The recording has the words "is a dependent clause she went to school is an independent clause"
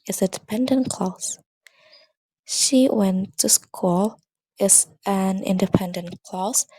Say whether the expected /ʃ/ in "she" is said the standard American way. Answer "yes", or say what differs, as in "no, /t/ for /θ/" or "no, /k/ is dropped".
yes